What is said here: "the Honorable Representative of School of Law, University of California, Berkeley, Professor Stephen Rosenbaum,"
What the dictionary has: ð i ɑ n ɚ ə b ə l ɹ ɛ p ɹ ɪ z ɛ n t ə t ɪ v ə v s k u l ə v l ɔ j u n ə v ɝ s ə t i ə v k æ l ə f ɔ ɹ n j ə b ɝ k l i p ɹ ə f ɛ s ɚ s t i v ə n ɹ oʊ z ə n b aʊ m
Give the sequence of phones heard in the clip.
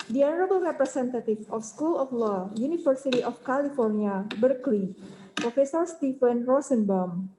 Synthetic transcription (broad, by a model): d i ɑ n ɚ ə b ə l ɹ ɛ p ɹ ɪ s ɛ n t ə t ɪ f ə f s k u l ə f l ɔ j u n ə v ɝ s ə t i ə f k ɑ l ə f ɔ ɹ n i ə b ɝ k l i p ɹ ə f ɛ s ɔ s t i f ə n ɹ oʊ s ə n b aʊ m